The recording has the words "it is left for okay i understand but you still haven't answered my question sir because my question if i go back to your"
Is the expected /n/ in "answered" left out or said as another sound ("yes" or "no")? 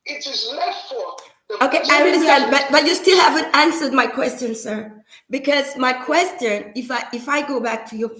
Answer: no